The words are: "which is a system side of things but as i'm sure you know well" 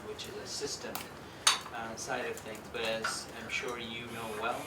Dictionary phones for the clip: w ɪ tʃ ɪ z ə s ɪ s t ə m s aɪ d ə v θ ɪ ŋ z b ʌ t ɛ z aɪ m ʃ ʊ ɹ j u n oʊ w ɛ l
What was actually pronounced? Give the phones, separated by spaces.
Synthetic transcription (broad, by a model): w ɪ tʃ ɪ z ə s ɪ s t ə m s aɪ d ə v θ ɪ ŋ z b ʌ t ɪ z aɪ m ʃ ʊ ɹ j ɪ n oʊ w ɛ l